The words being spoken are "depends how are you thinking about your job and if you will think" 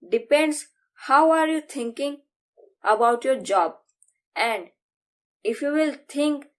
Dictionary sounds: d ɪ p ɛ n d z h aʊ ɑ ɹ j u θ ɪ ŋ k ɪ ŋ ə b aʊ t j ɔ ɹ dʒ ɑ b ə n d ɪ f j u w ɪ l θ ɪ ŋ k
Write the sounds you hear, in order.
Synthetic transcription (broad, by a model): d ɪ p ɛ n d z h aʊ ɑ ɹ j u t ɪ ŋ k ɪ ŋ ə b aʊ t j ɔ ɹ dʒ ɑ b ə n d ɪ f j u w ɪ l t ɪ ŋ k